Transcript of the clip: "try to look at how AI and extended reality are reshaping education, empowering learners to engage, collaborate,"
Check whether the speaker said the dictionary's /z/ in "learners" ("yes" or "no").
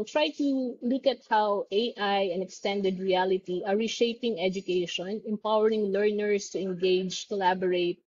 no